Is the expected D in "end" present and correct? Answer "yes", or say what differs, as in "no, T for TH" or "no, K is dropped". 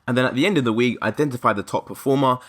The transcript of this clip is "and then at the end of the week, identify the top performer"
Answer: yes